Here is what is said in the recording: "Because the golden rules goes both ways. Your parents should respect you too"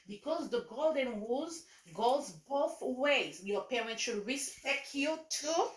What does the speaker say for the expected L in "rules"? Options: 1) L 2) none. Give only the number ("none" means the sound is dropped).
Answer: 2